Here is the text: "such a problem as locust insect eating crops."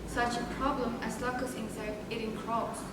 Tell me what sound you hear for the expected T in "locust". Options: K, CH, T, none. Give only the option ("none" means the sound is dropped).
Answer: none